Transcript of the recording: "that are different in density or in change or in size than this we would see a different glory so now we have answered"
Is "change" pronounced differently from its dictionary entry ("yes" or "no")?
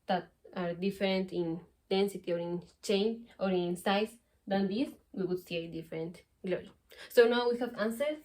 yes